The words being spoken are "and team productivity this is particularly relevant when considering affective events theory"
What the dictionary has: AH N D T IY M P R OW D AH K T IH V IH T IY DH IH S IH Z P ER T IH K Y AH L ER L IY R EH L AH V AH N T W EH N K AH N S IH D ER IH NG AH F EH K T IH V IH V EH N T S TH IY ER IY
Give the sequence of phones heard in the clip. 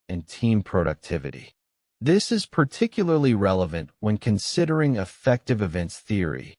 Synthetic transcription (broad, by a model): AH N T IY M P R OW D AH K T IH V IH T IY DH IH S IH Z P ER T IH K Y L ER L IY R EH L AH V AH N T W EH N K AH N S IH D ER IH NG AH F EH K T IH V IH V EH N T S TH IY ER IY